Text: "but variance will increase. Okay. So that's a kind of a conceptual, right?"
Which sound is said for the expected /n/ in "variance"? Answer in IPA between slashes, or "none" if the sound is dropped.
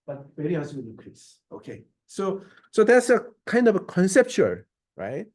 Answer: none